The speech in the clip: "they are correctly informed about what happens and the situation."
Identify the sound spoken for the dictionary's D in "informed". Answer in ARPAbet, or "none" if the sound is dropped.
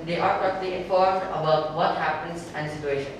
D